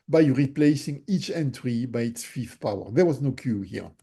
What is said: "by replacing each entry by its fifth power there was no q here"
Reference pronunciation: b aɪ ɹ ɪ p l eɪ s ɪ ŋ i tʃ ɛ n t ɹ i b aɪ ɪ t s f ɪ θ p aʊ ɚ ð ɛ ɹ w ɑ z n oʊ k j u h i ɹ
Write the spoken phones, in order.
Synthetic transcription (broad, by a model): b aɪ ɹ ɪ p l eɪ s ɪ ŋ i tʃ ɛ n t ɹ i b aɪ ɪ t s f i f p aʊ ɚ ð ɛ ɹ w ɑ z n oʊ k j u h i ɹ